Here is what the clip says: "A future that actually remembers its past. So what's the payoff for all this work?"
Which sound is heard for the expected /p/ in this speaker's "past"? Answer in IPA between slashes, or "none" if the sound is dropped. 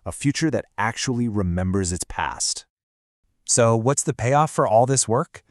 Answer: /p/